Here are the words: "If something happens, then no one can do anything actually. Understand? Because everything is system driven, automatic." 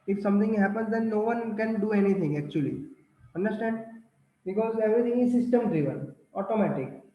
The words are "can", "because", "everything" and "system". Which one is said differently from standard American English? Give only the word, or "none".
everything